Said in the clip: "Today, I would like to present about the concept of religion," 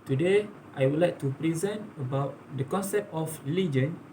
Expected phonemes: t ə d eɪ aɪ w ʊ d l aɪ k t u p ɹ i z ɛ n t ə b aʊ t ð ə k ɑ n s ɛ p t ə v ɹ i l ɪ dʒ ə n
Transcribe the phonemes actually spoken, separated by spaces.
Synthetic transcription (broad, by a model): t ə d eɪ aɪ w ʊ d l aɪ k t u p ɹ i z ɛ n t ə b aʊ t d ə k ɑ n s ɛ p t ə f ɹ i l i dʒ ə n